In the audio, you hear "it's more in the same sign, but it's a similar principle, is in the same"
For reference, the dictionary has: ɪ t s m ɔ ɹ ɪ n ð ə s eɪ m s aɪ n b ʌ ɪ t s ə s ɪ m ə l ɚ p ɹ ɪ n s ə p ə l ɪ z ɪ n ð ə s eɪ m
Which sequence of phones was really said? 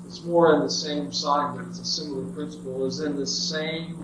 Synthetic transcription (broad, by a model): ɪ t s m ɔ ɹ ɪ n ð ə s eɪ m s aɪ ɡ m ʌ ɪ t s ə s ɪ m l ɚ p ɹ ɪ n s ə p l ɪ z ɪ n ð ə s eɪ m